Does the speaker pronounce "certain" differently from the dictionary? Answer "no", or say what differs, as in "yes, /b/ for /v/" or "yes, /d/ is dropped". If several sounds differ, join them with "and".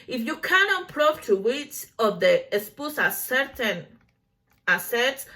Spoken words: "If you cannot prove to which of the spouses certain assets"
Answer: no